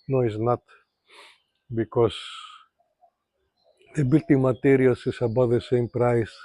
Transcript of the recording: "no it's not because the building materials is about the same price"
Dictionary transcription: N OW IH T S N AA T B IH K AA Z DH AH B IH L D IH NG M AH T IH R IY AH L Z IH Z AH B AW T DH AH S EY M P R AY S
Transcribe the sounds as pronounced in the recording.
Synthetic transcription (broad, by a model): N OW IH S N AA T B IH K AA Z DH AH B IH L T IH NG M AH T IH R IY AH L S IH S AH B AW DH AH S EY M P R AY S